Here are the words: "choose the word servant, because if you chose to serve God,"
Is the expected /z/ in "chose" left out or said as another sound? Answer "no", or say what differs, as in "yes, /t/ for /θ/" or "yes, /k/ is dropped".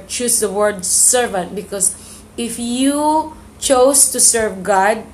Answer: yes, /s/ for /z/